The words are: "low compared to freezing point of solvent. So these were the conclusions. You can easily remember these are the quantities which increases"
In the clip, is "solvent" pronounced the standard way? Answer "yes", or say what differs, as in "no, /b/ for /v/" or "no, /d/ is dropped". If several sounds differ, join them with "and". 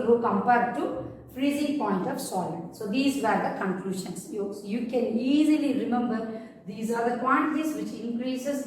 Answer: no, /v/ is dropped